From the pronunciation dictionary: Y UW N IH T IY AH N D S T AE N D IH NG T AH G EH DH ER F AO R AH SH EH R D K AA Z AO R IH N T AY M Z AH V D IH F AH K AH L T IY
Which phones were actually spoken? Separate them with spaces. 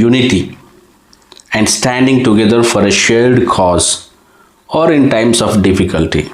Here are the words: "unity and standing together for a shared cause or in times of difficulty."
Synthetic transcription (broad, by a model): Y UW N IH T IY AH N D S T AE N D IH NG T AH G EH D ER F AO R AH SH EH L D K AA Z AO R IH N T AY M S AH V D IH F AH K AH L T IY